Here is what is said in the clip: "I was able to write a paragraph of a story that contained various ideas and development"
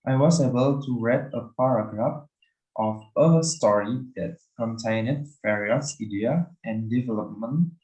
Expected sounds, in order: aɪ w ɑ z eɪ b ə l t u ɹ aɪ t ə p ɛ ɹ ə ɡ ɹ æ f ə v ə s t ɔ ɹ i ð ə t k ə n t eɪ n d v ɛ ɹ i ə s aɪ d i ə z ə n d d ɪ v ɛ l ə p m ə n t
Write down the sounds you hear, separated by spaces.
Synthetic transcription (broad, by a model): aɪ w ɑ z eɪ b ə l t u ɹ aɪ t ə p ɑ ɹ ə ɡ ɹ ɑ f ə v ə s t ɔ ɹ i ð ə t k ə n t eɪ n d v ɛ ɹ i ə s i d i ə ə n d d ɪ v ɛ l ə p m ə n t